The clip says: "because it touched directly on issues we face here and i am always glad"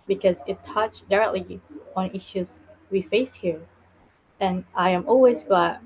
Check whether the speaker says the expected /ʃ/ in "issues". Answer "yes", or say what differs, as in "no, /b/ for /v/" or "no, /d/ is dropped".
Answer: yes